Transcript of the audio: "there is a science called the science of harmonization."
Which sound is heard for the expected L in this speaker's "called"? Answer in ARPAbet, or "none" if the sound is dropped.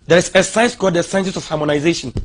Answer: none